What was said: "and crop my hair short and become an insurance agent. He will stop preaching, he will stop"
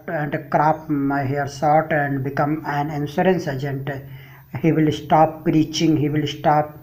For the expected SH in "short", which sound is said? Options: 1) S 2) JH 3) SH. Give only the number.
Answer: 1